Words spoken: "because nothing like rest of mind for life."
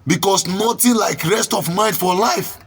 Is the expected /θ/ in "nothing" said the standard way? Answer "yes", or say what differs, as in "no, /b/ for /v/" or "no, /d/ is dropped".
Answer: no, /t/ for /θ/